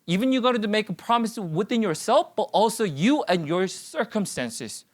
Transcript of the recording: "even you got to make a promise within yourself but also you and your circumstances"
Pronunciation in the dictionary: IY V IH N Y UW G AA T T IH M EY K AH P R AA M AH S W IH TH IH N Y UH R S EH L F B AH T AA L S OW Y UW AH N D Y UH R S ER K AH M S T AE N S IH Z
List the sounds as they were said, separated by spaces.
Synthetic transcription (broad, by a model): IY V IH N Y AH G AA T T IH M EY K AH P R AA M AH S W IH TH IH N Y UH R S EH L F B AH T AA L S OW Y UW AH N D Y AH R S ER K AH M S T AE N S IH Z